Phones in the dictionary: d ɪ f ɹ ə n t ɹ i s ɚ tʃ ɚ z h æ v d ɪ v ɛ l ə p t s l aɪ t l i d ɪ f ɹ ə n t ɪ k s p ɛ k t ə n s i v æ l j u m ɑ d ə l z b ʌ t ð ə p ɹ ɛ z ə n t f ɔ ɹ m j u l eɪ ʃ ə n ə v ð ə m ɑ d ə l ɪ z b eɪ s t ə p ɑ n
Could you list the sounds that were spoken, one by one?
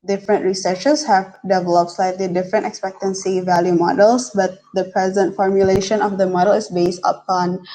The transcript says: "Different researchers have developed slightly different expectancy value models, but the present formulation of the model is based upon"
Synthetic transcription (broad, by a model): d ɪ f ɹ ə n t ɹ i s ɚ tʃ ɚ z h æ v d ɪ v ɛ l ə p t s l aɪ t l i d ɪ f ɹ ə n t ɪ k s p ɛ k t ə n s i v æ l j u m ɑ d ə l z b ʌ t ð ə p ɹ ɛ z ə n t f ɔ ɹ m j u l eɪ ʃ ə n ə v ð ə m ɑ d ə l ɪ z b eɪ s t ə p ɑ n